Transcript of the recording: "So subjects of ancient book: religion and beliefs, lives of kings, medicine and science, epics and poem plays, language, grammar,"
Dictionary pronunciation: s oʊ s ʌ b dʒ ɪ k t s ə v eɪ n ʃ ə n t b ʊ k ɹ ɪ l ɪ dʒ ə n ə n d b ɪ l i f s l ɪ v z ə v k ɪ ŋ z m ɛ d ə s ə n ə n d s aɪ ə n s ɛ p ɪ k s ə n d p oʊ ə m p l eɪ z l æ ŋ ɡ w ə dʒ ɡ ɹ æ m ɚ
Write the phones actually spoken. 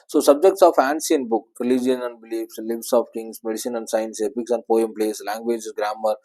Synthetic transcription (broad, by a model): s oʊ s ʌ b dʒ ɪ k t s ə f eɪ n s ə n b ʊ k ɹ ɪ l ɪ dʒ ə n ə n d b ɪ l i f s l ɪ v s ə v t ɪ ŋ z m ɛ d ə s ə n ə n d s aɪ ə n s ɛ p ɪ k s ə n d p oʊ ə m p l eɪ s l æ ŋ ɡ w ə dʒ ɡ ɹ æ m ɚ